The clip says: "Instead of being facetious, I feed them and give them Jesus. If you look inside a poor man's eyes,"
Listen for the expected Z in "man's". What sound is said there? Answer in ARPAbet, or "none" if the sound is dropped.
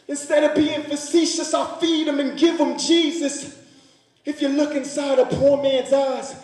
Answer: Z